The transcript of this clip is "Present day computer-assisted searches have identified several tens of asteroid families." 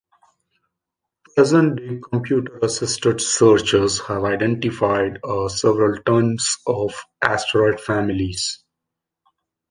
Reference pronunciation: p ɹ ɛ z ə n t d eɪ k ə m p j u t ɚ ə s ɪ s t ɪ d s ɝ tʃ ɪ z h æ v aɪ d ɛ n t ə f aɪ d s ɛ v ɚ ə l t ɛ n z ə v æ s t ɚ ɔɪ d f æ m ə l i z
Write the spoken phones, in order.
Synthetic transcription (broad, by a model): p ɹ ɛ z ə n t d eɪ k ə m p j u t ɚ ə s ɪ s t ɪ d s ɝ tʃ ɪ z h æ v aɪ d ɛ n t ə f aɪ d s ɛ v ɚ ə l t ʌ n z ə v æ s t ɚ ɔɪ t f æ m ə l i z